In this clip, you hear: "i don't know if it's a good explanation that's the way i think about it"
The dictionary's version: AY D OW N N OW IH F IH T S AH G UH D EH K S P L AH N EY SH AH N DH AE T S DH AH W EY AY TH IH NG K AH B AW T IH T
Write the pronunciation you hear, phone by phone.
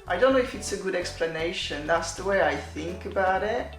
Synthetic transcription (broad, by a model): AY D OW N N OW IH F IH T S AH G UH D EH K S P L AH N EY SH AH N DH AE T S DH AH W EY AY TH IH NG K AH B AW T IH T